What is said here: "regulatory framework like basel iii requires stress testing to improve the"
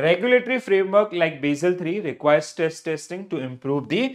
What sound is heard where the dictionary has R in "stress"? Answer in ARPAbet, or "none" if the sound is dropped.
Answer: none